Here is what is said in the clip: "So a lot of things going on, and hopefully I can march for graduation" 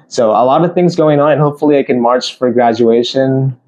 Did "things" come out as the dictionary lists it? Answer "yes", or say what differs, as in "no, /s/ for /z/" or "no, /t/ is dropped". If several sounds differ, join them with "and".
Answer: yes